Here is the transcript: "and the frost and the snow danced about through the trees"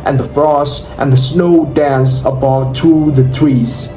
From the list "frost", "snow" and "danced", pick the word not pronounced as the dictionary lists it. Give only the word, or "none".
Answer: danced